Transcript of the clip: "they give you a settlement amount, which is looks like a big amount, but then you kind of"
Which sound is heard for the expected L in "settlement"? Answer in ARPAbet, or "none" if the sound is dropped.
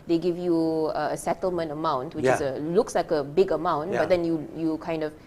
L